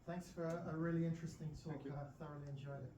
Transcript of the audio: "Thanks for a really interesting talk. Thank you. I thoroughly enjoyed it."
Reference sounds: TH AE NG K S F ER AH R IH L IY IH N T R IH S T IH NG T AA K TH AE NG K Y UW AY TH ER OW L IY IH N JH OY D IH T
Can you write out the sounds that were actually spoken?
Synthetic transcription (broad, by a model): TH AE NG K S F ER AH R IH L IY IH N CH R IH S T IH NG T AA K K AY TH ER OW L IY IH N JH OY D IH T